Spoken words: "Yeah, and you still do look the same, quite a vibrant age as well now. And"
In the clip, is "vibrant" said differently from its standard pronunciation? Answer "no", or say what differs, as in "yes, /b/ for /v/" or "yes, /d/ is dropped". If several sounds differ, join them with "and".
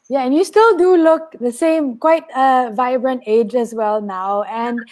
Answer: no